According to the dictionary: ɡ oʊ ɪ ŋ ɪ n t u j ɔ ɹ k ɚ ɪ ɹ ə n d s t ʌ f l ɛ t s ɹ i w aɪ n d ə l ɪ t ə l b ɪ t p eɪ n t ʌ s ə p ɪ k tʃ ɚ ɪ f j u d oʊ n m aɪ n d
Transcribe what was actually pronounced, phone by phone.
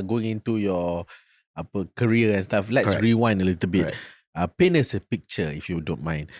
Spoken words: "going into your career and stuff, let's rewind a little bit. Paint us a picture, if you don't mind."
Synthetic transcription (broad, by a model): ɡ oʊ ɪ ŋ ɪ n t u j ɔ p k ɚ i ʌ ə n s t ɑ f l ɛ t s ɹ i w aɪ n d ə l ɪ t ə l b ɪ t p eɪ n ʌ s ə p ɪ k tʃ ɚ ɪ f j u d oʊ n m aɪ n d